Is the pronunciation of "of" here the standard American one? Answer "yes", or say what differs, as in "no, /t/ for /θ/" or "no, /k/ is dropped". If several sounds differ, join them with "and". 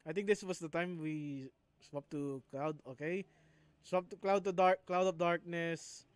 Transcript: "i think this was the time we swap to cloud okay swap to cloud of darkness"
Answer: no, /p/ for /v/